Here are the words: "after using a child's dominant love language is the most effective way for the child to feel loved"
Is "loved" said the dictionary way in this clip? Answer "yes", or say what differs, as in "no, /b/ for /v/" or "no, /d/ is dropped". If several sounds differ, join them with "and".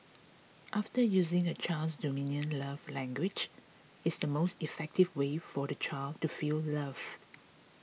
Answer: no, /d/ is dropped